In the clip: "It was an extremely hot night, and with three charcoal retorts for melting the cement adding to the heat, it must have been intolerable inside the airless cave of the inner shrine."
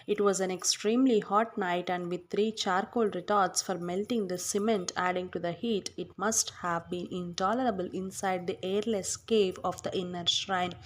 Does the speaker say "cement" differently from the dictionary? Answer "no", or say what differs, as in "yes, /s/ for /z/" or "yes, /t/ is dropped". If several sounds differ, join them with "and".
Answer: no